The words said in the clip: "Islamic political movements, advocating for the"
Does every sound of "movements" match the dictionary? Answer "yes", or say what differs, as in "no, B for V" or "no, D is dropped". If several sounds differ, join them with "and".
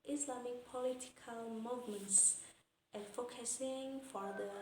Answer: yes